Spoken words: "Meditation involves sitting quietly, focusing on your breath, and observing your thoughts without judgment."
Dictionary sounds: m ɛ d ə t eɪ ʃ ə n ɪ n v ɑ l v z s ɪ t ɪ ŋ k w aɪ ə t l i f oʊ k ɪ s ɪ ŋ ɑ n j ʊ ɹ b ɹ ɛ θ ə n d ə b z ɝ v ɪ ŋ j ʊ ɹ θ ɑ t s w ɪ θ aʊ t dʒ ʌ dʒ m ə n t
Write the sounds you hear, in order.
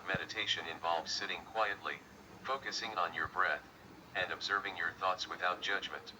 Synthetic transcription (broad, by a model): m ɛ d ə t eɪ ʃ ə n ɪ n v ɑ l v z s ɪ t ɪ ŋ k w aɪ ə t l i f oʊ k ɪ s ɪ ŋ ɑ n j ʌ ɹ b ɹ ɛ θ ə n d ə b z ɝ v ɪ ŋ j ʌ ɹ θ ɑ t s w ɪ θ aʊ t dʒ ʌ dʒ m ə n t